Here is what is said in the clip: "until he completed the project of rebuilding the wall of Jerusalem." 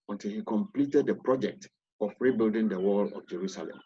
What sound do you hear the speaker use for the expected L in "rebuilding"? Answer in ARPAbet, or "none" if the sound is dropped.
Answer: L